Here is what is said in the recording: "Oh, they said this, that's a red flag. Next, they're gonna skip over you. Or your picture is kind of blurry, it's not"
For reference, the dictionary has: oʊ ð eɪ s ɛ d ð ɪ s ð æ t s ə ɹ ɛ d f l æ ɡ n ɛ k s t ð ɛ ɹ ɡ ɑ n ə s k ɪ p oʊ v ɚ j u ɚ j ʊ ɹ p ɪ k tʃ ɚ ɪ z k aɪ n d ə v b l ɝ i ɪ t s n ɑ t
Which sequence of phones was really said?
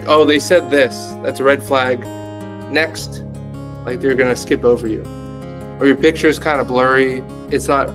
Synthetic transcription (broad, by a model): oʊ ð eɪ s ɛ d ð ɪ s ð æ t s ə ɹ ɛ d f l æ ɡ n ɛ k s t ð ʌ ɹ ɡ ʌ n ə s k ɪ p oʊ v ɚ j u ɚ j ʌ ɹ p ɪ k tʃ ɚ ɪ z k aɪ n d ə b l ɝ i ɪ t s n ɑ t